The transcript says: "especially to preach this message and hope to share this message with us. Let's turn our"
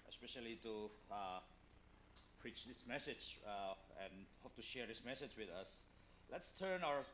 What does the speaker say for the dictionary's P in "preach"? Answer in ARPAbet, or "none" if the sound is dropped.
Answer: P